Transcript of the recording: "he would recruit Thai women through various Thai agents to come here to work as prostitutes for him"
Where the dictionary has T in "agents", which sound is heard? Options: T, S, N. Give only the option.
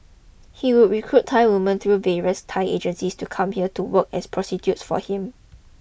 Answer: S